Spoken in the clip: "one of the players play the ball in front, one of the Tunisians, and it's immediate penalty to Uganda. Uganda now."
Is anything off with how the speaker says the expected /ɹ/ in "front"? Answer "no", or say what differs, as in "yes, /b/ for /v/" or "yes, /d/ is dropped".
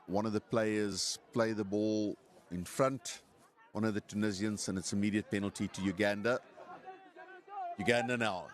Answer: no